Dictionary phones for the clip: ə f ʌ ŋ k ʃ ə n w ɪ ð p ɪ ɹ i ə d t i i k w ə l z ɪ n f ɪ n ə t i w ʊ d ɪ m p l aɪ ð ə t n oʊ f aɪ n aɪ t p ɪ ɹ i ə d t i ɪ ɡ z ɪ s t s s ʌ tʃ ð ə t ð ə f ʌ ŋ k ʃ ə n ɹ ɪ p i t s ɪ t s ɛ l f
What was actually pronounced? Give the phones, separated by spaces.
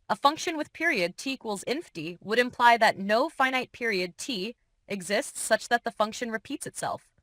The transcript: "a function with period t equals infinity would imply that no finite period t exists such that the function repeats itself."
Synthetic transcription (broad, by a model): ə f ʌ ŋ k ʃ ə n w ɪ ð p ɪ ɹ i ə d t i i k w ə l z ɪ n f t i w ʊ d ɪ m p l aɪ ð ə t n oʊ f aɪ n aɪ t p ɪ ɹ i ə d t i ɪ ɡ z ɪ s t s s ʌ tʃ ð ə t ð ə f ʌ ŋ k ʃ ə n ɹ ɪ p i t s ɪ t s ɛ l f